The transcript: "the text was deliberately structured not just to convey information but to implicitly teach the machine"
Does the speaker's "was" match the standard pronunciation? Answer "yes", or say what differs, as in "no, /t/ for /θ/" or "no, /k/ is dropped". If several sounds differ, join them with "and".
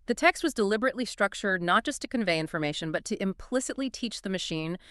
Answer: yes